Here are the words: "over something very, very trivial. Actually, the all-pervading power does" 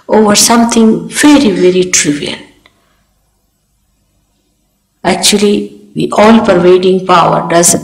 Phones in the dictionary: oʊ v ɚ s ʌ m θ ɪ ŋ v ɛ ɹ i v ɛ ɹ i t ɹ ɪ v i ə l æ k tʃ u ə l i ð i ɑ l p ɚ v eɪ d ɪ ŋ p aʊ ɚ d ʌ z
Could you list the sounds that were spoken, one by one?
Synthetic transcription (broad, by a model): oʊ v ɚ s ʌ m t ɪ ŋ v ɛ ɹ i v ɛ ɹ i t ɹ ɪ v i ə n æ k tʃ u ə l i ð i ɑ l p ɚ v eɪ d ɪ ŋ p aʊ ɚ d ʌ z